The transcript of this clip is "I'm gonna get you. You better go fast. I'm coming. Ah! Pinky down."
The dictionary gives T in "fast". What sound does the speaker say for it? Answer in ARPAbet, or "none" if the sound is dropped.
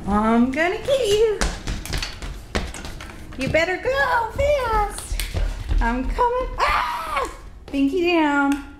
none